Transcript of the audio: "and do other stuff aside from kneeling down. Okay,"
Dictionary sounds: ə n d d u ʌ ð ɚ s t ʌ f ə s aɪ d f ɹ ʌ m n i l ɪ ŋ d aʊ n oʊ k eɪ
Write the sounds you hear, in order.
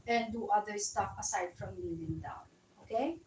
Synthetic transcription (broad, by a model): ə n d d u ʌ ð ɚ s t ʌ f ə s aɪ d f ɹ ʌ m l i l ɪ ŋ d aʊ n oʊ k eɪ